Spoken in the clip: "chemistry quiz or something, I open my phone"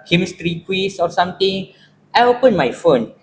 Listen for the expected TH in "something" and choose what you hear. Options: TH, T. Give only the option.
T